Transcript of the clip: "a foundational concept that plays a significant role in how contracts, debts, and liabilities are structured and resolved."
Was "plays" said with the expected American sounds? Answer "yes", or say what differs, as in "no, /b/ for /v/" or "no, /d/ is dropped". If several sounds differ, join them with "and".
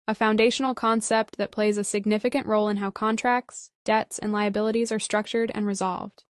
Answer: yes